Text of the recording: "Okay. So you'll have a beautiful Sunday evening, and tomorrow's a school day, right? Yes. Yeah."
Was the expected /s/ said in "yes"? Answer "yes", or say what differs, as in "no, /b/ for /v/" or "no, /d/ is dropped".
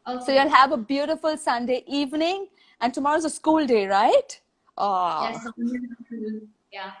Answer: no, /s/ is dropped